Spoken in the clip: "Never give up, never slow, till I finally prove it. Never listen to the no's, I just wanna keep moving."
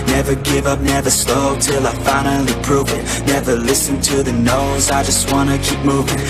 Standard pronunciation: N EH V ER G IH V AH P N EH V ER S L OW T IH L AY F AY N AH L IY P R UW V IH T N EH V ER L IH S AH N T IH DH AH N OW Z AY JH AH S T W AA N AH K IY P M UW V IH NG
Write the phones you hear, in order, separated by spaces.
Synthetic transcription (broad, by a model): N EH V ER G IH V AH P N EH V ER S L OW T IH L AY F AY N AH N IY P R UW V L N EH V ER L IH S AH N T IH DH AH N OW Z AY JH AH S T W AA N AH K IY P M UW V IH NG